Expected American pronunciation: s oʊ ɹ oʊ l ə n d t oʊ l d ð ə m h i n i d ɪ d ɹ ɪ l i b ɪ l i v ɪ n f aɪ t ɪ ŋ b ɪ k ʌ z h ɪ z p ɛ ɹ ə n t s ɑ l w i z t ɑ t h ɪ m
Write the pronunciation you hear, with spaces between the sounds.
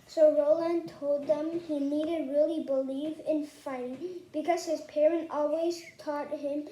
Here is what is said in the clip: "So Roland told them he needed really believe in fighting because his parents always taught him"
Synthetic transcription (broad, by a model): s oʊ ɹ oʊ l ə n t oʊ l d ð ə m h i n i d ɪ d ɹ ɪ l i b ɪ l i v ɪ n f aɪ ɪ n b ɪ k ʌ z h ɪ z p ɛ ɹ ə n t ɑ l w i z t ɑ t h ɪ m